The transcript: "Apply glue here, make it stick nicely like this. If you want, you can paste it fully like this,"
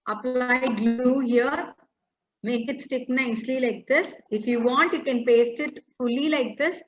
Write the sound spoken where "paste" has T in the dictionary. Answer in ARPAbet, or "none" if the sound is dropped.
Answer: T